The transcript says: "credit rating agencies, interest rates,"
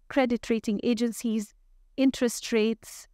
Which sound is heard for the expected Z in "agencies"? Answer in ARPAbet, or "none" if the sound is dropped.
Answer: Z